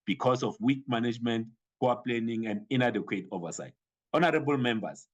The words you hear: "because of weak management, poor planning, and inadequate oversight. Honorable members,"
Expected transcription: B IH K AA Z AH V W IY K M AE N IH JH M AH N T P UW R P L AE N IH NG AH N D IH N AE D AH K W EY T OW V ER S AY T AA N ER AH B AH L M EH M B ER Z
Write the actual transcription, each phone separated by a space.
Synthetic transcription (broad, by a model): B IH K AA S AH F W IY K M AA N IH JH M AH N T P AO W P L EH N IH NG AH N D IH N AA D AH K W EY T OW V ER S AY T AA N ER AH B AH L M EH M B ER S